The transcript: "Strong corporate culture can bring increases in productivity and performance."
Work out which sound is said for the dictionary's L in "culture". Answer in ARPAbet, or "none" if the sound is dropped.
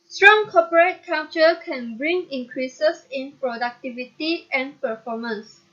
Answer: none